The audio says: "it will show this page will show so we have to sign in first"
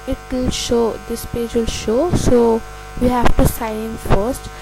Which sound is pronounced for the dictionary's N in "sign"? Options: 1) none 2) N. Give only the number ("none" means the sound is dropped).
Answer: 1